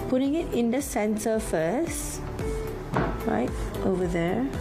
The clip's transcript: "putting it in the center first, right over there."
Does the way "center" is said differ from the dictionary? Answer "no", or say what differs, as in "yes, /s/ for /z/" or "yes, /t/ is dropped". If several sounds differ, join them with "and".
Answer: yes, /s/ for /t/